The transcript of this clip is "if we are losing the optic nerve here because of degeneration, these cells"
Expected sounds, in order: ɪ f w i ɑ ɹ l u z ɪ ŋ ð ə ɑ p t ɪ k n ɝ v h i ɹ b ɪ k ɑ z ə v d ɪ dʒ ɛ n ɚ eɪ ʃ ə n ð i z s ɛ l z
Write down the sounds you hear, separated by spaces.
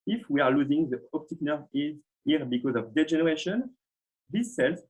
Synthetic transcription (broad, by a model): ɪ f w i ɑ ɹ l u z ɪ ŋ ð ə ɑ p t ɪ k n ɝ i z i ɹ b ɪ k ɑ z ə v d ɪ dʒ ɛ n ɚ eɪ ʃ ə n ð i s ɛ l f